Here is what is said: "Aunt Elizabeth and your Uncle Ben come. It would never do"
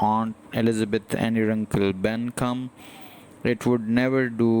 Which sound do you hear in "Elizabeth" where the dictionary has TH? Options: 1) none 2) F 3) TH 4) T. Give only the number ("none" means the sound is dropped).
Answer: 4